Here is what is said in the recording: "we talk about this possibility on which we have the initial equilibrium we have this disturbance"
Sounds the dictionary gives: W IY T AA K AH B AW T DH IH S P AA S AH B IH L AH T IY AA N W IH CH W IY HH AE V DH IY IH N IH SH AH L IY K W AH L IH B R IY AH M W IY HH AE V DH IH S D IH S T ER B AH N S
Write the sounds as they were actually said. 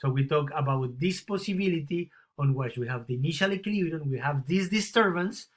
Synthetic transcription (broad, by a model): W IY T AA K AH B AW T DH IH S P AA S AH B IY L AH T IY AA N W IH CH W IY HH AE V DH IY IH N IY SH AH L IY K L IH R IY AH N W IY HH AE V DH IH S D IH S T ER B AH N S